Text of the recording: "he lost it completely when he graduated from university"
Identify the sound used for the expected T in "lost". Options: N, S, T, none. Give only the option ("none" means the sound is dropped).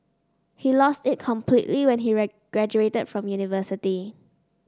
T